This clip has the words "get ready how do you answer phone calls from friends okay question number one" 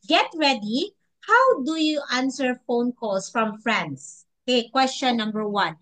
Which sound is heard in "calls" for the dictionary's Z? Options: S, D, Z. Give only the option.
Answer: S